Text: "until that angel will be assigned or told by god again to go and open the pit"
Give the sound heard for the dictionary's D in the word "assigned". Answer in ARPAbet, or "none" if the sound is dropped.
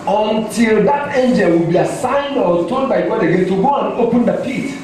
D